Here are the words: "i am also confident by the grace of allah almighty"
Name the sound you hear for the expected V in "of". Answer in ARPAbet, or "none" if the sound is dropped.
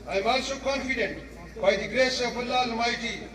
B